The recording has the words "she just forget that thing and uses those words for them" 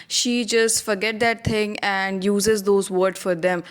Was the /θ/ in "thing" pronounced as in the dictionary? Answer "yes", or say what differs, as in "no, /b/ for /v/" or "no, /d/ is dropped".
no, /t/ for /θ/